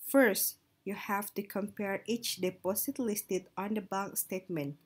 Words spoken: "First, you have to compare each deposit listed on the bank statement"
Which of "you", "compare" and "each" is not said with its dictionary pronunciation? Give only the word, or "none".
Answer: none